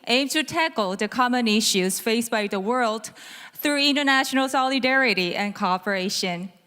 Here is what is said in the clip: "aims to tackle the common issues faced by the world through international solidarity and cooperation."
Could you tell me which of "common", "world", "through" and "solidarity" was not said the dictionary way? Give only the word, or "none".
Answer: none